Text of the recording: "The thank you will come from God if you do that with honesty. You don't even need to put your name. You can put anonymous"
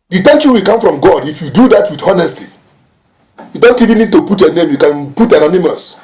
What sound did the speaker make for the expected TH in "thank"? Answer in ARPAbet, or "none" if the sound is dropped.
T